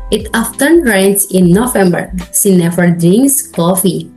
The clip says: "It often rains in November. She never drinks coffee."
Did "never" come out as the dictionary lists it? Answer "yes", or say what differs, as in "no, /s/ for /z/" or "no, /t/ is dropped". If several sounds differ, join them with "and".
no, /f/ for /v/